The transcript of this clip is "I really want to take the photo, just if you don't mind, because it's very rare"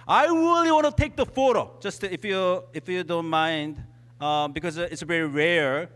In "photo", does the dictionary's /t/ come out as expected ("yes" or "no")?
yes